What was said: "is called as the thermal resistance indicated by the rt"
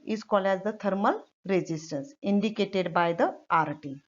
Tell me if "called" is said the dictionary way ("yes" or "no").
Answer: no